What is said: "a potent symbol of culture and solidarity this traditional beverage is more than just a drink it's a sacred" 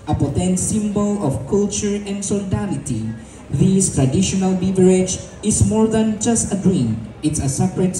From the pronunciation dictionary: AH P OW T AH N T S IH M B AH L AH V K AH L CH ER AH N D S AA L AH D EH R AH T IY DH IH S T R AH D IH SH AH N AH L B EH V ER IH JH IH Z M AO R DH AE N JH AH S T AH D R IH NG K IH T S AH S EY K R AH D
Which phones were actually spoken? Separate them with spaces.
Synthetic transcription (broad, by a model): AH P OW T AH N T S IH M B AH L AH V K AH L CH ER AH N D S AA L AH D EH L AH T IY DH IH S T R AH D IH SH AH N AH L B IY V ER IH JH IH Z M AO R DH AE N JH AH S T AH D R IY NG IH T S AH S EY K R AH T